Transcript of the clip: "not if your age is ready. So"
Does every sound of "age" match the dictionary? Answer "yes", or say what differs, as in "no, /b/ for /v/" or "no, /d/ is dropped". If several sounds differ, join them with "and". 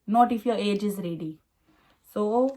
yes